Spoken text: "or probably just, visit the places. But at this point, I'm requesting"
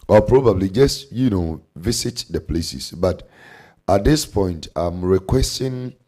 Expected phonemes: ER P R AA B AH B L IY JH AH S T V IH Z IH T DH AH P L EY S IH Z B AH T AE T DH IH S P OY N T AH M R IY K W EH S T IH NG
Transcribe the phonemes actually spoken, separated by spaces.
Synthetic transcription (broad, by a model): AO P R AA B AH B L IY JH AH S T V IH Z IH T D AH P L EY S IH S B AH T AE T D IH S P OY N T AH M R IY K W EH S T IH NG